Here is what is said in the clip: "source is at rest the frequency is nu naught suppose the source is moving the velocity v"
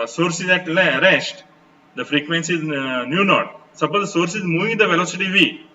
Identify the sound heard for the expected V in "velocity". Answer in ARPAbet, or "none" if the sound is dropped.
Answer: V